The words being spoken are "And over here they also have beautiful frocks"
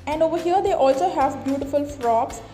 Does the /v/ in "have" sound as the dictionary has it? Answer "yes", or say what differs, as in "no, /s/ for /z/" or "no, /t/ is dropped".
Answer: yes